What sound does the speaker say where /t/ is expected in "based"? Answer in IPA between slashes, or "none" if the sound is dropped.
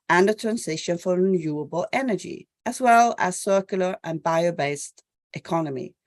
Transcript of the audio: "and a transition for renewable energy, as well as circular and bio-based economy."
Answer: /t/